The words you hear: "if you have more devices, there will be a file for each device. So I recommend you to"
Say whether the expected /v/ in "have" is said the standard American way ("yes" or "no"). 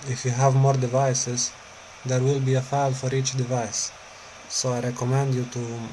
yes